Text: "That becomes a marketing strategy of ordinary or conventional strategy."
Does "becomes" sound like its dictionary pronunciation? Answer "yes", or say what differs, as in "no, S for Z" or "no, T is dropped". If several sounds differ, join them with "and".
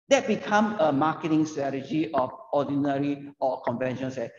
no, Z is dropped